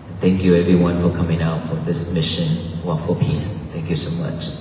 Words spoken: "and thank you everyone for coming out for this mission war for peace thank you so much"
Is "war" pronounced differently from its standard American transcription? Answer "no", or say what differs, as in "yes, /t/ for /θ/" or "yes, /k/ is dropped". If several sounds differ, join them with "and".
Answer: yes, /l/ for /ɹ/